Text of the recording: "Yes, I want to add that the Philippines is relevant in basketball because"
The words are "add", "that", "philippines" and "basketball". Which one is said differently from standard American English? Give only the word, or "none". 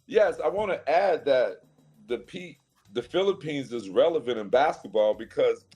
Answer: none